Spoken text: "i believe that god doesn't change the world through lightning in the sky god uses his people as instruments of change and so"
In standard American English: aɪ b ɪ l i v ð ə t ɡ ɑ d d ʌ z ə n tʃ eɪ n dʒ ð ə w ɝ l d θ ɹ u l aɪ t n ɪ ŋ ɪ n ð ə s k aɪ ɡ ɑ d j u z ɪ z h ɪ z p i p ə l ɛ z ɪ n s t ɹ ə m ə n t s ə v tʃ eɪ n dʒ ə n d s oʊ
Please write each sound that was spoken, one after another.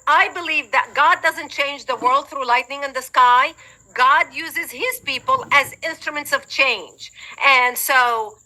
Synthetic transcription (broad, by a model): aɪ b ɪ l i v ð ə t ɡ ɑ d d ʌ z ə n tʃ eɪ n dʒ ð ə w ɝ l d θ ɹ u l aɪ t n ɪ ŋ ɪ n ð ə s k aɪ ɡ ɑ d j u z ɪ z h ɪ z p i p ə l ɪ z ɪ n s t ɹ ə m ə n t s ə v tʃ eɪ n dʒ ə n s oʊ